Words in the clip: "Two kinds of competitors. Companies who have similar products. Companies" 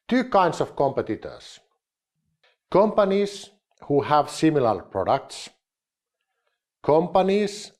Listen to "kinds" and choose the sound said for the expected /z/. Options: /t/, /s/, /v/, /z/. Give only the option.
/s/